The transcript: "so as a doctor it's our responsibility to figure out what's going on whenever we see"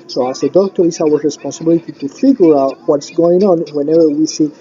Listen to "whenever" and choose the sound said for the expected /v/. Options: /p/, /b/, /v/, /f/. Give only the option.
/v/